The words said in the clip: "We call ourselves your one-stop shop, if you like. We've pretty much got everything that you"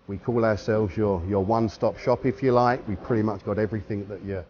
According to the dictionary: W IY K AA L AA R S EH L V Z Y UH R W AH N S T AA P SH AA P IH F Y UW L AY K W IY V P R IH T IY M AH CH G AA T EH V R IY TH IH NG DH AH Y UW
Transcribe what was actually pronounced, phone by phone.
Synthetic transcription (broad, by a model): W IY K AA L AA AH S EH L V Z Y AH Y W AH N S T AA P SH AA P IH F Y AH L AY K W IY V P R IH T IY M AH CH G AA T EH V R IY TH IH NG DH AH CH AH